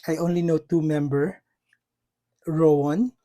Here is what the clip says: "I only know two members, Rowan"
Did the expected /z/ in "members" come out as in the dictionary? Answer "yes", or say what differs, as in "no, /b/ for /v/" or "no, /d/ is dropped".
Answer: no, /z/ is dropped